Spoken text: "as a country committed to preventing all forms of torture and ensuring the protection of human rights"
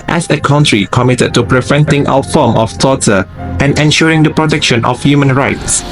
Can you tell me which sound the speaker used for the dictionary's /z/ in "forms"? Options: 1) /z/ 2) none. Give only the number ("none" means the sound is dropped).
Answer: 2